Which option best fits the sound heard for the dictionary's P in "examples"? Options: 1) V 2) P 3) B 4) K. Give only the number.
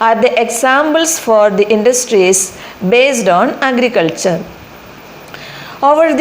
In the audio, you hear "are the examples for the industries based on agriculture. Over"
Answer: 3